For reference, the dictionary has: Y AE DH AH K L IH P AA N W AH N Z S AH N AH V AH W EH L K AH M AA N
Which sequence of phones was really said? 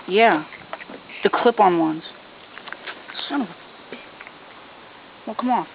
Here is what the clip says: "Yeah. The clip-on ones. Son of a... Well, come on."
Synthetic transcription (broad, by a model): Y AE DH AH K L IH P N W AH N Z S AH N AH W AH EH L K AH M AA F